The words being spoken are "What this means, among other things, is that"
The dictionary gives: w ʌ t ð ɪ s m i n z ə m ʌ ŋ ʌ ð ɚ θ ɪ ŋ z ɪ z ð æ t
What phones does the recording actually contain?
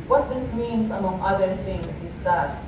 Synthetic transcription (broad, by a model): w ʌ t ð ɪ s m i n s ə m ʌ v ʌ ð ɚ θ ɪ ŋ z ɪ z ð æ t